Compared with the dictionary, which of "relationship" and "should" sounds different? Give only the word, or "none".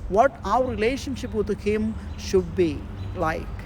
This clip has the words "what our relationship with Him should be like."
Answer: none